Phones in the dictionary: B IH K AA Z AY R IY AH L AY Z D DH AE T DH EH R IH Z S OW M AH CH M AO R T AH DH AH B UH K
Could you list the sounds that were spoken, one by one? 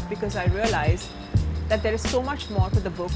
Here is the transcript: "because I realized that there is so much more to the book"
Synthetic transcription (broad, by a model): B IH K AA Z AY R IY AH L AY Z D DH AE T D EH R IH Z S OW M AH CH M AO R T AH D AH B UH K